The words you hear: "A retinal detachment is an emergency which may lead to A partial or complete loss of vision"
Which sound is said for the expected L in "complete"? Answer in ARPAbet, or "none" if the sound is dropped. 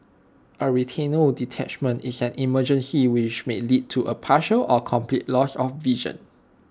L